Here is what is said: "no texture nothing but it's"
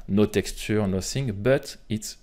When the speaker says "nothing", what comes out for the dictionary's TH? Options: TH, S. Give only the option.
S